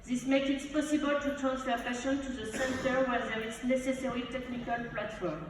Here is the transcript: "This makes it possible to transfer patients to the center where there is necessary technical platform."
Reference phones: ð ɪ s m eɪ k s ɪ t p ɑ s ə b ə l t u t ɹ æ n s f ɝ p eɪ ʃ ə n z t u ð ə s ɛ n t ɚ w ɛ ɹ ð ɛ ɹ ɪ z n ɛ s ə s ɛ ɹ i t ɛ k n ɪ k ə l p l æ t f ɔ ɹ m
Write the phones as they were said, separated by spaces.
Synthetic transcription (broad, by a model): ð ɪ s m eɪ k ɪ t p ɑ s ə b ə l t u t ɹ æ n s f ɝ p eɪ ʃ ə n t u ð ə s ɛ n t ɚ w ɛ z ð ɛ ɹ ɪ s n ɛ s ə s ɛ ɹ i t ɛ k n ɪ k ə l p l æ t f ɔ ɹ m